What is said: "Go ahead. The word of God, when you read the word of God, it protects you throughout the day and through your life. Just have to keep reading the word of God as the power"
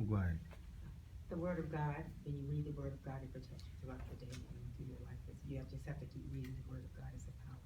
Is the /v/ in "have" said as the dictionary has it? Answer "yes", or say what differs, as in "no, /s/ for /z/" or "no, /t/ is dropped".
no, /f/ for /v/